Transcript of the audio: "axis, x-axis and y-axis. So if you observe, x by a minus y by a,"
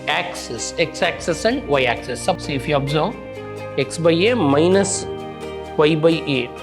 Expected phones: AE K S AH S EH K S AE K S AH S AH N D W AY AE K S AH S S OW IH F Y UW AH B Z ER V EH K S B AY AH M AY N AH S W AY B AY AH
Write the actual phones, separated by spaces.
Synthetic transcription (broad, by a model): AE K S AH S EH K S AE K S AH S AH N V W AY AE K S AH S S IH F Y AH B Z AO EH K S B AY AH M AY N AH S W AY B AY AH